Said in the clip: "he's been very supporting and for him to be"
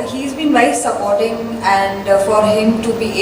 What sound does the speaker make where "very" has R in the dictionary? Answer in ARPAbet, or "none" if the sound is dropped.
none